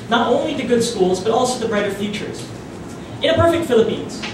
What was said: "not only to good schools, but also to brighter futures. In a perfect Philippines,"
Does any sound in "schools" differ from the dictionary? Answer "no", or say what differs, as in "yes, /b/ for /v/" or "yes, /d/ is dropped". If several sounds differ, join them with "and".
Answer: no